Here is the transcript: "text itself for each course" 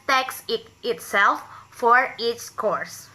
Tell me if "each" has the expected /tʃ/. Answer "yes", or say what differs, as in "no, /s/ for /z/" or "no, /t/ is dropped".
no, /s/ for /tʃ/